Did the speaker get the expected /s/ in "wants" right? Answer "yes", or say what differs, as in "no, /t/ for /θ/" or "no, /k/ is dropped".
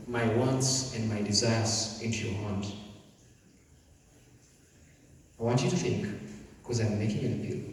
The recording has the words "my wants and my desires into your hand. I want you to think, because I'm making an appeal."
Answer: yes